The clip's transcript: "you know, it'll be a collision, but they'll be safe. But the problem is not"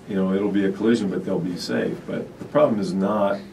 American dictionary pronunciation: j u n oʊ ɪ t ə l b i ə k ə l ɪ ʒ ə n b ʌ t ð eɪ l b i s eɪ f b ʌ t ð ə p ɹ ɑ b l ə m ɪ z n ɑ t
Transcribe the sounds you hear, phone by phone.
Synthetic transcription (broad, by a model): j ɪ n oʊ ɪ t l b i ə k ə l ɪ ʒ ə n b ʌ t ð eɪ l b i s eɪ f b ʌ t ð ə p ɹ ɑ b l ə m ɪ z n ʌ t